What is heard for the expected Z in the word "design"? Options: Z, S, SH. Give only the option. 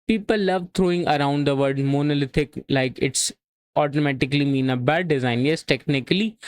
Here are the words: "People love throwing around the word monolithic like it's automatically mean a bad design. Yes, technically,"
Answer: Z